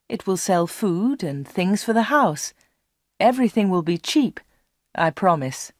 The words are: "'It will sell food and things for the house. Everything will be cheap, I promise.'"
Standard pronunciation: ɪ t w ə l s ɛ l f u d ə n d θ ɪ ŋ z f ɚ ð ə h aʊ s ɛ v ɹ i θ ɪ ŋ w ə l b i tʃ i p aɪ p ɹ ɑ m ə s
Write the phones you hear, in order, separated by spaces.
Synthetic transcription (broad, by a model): ɪ t w ə l s ɛ l f u d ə n θ ɪ ŋ z f ɚ ð ə h aʊ s ɛ v ɹ i θ ɪ ŋ w ə l b i tʃ i p aɪ p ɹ ɑ m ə s